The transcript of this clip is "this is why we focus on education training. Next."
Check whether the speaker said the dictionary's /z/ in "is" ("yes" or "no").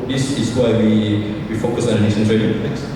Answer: no